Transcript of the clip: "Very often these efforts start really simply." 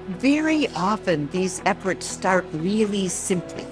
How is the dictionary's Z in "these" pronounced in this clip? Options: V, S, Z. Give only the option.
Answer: Z